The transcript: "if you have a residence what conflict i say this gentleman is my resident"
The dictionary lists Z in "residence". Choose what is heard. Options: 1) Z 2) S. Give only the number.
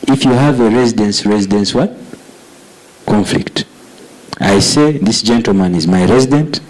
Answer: 1